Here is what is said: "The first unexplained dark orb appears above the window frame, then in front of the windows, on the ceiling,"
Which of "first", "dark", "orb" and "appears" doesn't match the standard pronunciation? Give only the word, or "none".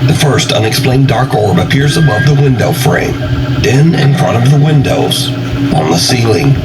none